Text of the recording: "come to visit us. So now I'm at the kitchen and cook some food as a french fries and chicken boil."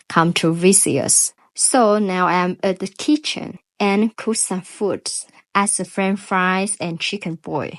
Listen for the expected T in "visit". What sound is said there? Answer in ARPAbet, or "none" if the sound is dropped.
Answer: none